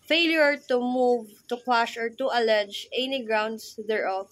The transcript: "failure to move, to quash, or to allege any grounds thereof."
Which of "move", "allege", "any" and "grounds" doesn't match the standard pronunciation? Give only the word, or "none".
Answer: grounds